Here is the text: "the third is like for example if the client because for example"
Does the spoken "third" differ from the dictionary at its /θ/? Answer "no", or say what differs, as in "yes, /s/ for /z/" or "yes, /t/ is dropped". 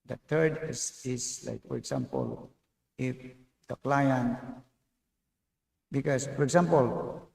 yes, /t/ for /θ/